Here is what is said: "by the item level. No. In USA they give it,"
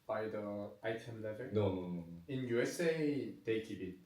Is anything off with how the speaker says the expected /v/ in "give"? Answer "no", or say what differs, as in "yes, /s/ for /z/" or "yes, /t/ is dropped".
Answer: yes, /p/ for /v/